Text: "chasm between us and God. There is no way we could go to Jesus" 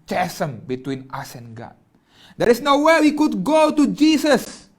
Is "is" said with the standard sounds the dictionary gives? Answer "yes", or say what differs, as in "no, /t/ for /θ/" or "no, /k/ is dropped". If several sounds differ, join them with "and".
no, /s/ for /z/